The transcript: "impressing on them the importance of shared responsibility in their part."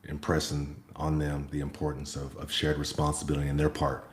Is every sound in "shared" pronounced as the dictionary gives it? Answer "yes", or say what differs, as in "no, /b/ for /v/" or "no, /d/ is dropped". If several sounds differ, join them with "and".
yes